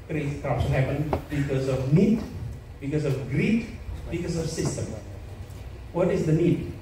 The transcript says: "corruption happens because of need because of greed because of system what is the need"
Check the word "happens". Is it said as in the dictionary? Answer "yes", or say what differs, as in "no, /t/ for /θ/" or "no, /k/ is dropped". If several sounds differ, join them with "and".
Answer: no, /z/ is dropped